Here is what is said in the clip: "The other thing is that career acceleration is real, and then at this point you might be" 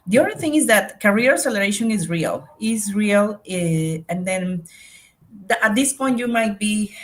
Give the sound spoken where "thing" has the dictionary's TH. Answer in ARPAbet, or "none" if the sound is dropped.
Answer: TH